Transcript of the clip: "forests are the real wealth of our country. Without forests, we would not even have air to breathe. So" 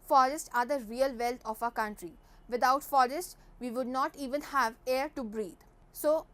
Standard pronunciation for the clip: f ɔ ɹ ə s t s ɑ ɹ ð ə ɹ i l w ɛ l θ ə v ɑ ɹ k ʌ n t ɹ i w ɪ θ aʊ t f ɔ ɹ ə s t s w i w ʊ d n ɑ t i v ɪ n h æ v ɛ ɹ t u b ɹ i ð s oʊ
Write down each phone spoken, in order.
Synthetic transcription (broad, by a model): f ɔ ɹ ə s t ɑ ɹ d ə ɹ i l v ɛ l t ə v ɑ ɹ k ʌ n t ɹ i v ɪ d aʊ t f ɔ ɹ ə s t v i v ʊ d n ɑ t i v ɪ n h æ v ɛ ɹ t u b ɹ i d s oʊ